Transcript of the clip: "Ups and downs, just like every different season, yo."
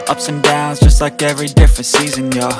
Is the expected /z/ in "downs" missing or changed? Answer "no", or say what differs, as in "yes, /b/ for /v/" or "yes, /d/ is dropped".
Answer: no